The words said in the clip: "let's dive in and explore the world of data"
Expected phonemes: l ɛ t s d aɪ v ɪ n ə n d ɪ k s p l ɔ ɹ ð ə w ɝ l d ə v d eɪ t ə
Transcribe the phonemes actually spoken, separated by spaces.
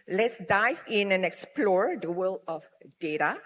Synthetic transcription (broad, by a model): l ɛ t s d aɪ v ɪ n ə n ɪ k s p l ɔ ɹ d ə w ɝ l ə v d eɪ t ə